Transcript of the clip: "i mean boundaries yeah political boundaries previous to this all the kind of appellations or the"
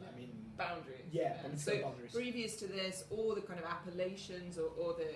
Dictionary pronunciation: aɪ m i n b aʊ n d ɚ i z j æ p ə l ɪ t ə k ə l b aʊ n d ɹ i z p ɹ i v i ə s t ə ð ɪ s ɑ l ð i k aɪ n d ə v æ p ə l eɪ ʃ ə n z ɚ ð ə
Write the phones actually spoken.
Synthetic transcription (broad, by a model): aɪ m i n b aʊ n d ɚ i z j æ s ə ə ə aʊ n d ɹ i p ɹ i v i ə s t ə ð ɪ s ɑ l ð i k aɪ n d ə v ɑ p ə l eɪ ʃ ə n z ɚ ð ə